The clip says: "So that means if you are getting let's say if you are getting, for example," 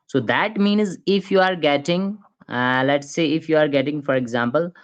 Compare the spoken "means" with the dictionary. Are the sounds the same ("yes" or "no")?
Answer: yes